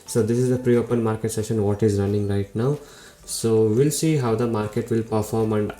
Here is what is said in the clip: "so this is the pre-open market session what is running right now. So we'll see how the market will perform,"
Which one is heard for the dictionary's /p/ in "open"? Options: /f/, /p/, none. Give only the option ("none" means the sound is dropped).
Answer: /p/